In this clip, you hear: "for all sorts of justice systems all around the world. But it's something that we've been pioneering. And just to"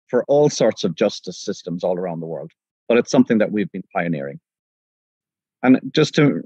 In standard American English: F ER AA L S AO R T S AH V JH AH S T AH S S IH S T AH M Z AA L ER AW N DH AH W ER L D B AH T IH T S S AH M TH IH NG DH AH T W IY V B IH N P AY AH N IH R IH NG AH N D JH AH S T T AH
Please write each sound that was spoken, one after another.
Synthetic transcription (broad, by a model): F ER AA L S AO R T S AH V JH AH S T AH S S IH S T AH M Z AA L ER AW N DH AH W ER L D B AH T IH T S S AH M TH IH NG DH AH T W IY V B IH N P AY AH N IH R IH NG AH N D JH AH S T T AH